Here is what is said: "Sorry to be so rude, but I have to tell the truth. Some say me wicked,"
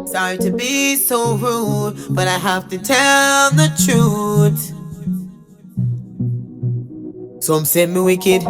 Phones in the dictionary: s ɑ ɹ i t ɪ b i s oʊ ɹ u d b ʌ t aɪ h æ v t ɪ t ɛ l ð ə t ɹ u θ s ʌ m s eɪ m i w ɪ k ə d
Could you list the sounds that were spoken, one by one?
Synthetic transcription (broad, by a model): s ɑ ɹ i t ɪ b i s oʊ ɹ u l b ʌ t aɪ h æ f t ɪ t ɛ l ð ə t ɹ u θ s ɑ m s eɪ m i w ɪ k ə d